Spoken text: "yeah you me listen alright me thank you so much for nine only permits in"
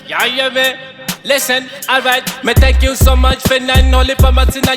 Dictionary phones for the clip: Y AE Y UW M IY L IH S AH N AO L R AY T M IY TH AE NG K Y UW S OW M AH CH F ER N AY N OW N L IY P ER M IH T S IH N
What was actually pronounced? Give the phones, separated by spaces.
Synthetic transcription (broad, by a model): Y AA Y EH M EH L IH S AH N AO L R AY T M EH T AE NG K Y UW S OW M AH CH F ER N AY N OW L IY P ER M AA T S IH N